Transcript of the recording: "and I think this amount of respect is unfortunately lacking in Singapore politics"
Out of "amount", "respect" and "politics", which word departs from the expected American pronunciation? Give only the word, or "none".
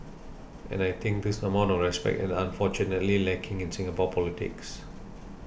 amount